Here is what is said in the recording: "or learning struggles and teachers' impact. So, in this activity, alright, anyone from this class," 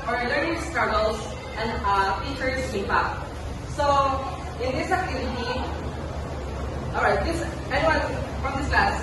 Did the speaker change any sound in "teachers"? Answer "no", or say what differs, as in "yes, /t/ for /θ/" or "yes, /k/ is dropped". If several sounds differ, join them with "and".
yes, /s/ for /z/